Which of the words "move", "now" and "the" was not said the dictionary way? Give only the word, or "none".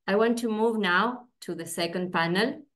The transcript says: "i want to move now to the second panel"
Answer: none